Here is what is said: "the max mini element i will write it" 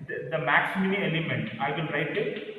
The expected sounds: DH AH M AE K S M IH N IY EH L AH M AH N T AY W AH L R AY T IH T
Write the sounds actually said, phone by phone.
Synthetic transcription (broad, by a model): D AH M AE K S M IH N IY EH L AH M AH N T AY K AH N R AY T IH T